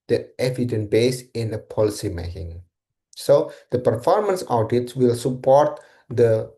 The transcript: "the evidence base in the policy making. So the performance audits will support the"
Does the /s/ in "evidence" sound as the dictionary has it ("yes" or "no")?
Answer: no